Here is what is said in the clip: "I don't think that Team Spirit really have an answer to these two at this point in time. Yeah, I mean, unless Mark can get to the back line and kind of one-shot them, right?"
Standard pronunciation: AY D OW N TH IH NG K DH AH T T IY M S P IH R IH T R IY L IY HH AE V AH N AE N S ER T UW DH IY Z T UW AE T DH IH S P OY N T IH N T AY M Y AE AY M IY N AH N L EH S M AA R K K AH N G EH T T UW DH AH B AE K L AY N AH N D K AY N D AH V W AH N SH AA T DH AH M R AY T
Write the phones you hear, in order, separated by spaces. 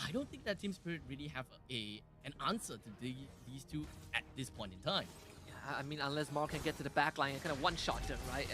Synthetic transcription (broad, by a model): AY D OW N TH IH NG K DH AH T T IY M S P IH R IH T R IY L IY HH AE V AH N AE N S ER T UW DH IY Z T UW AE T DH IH S P OY N T IH N T AY M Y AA AY M IY N AH N L EH S M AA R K K AH N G EH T T UW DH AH B AE K L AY AH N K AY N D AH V W AH N SH AA T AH R AY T